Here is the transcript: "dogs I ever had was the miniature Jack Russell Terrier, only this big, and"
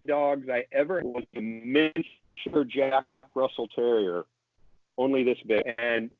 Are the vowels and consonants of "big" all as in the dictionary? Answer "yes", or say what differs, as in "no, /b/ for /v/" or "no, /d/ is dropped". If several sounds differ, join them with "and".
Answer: no, /ɡ/ is dropped